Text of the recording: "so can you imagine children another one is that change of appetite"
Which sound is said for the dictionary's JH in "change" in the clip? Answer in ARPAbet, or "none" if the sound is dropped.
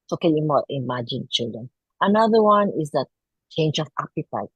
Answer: JH